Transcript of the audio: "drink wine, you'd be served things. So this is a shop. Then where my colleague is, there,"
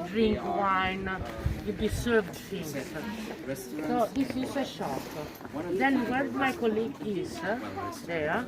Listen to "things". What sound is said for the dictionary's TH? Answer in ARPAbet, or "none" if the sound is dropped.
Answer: S